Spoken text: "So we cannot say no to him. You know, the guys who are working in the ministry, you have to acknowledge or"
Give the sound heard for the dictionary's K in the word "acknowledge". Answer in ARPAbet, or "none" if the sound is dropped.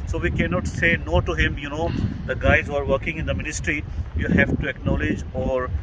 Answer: K